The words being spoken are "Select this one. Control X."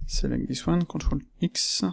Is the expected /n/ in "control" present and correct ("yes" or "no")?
no